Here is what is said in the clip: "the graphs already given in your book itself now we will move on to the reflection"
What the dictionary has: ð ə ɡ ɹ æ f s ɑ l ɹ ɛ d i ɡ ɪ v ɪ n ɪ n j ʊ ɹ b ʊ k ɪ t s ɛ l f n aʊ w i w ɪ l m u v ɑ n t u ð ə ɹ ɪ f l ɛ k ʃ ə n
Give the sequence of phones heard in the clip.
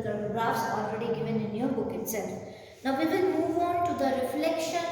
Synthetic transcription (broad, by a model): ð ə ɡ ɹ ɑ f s ɑ l ɹ ɛ d i ɡ ɪ v ɪ n ɪ n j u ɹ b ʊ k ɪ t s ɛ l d n aʊ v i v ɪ n m u v ɑ n t u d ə ɹ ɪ f l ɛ k ʃ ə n